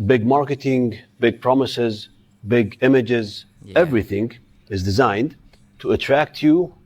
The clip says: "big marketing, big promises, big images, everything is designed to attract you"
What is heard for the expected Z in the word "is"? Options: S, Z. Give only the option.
Z